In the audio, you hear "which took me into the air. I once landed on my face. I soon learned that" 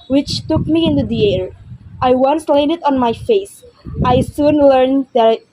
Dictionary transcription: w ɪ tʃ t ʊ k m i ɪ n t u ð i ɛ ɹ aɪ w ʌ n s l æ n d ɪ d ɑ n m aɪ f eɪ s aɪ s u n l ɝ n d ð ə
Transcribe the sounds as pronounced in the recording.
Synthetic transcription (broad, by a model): w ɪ tʃ t ʊ k m i ɪ n t u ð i ɛ ɹ aɪ w ʌ n s l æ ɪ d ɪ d ɑ n m aɪ f eɪ s aɪ s u n l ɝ n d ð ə